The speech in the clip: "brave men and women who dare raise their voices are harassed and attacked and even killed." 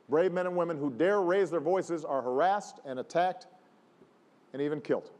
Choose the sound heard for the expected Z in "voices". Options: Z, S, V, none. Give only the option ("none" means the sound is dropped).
Z